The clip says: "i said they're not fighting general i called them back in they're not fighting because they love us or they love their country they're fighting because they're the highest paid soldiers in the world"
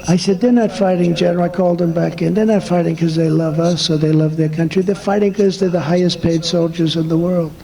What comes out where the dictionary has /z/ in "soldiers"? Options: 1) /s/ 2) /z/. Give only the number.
2